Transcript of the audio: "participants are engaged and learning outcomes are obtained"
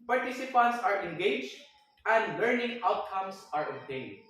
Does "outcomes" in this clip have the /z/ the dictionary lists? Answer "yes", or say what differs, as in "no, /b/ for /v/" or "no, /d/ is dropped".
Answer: no, /s/ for /z/